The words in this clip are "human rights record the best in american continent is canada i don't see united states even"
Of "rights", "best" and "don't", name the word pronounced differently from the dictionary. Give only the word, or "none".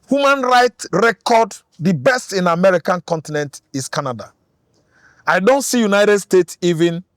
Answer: rights